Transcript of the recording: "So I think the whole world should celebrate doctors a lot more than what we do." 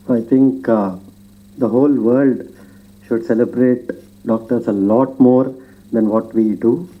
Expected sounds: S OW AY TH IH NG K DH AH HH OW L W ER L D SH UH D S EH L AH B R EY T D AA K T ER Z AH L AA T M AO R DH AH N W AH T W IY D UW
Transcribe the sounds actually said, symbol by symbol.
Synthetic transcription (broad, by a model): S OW AY T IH NG K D AH HH OW L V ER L D SH UH D S EH L AH B R EY T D AA K T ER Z AH L AA T M AO R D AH N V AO T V IY D UW